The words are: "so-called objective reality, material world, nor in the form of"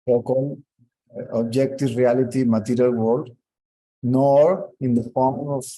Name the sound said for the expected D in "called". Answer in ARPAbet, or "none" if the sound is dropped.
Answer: none